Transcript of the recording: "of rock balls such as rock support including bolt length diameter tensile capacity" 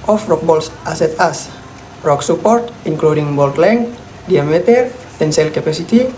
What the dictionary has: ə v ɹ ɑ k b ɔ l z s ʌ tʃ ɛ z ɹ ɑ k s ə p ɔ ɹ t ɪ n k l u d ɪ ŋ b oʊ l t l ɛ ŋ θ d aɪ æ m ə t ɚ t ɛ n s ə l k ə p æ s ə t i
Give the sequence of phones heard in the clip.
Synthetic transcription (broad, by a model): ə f ɹ ɑ k b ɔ l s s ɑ s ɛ s ɹ ɑ k s ə p ɔ ɹ t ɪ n k l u d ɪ ŋ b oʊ l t l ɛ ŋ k d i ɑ m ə t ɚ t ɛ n s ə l k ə p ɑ s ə t i